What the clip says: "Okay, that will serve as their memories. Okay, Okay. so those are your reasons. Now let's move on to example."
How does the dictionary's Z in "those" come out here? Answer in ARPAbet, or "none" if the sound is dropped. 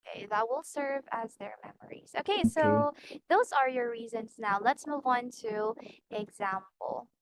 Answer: Z